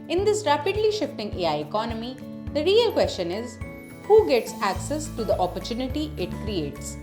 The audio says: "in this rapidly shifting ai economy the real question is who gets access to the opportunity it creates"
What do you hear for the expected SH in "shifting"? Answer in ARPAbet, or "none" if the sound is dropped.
SH